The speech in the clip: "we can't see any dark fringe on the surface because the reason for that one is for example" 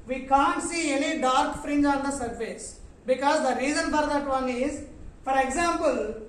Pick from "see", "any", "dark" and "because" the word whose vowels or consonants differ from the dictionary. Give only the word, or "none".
any